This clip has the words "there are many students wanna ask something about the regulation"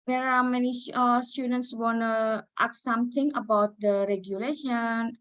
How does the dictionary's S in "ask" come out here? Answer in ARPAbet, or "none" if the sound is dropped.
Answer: none